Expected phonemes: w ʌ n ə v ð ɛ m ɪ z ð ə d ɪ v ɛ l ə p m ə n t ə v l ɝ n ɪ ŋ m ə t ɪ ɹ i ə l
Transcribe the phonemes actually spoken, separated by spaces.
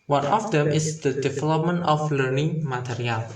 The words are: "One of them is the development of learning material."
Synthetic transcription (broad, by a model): w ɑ n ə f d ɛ m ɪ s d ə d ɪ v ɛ l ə p m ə n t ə f l ɝ n ɪ ŋ m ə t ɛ ɹ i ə l